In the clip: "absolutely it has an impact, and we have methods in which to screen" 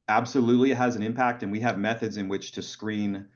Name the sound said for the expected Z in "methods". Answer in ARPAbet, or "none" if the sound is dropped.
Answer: Z